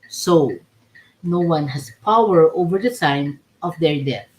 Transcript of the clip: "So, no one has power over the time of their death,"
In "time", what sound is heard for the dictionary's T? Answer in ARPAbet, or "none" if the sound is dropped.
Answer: S